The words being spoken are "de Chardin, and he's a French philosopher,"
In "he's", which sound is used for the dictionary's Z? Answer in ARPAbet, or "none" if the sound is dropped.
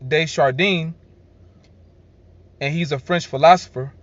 Z